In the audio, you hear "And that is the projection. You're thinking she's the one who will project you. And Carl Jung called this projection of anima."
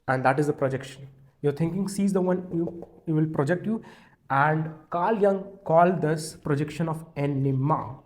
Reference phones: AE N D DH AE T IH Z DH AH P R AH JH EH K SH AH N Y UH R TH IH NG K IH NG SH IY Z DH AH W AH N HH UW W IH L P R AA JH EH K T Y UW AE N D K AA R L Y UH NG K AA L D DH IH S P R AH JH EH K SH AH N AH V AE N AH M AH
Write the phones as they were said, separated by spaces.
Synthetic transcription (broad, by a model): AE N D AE T IH Z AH P R AH JH EH K SH AH N Y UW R T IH NG K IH NG S IY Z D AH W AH N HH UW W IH L P R AA JH EH K T Y UW AE N D K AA L Y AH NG K AA L D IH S P R AH JH EH K SH AH N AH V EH N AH M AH